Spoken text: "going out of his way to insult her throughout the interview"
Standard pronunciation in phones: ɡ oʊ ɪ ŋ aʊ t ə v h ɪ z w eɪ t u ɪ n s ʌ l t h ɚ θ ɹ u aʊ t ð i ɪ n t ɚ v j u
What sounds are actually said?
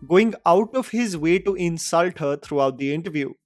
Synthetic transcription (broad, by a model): ɡ oʊ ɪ ŋ aʊ t ə v h ɪ z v eɪ t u ɪ n s ʌ l t h ɚ t ɹ u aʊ t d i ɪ n t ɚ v j u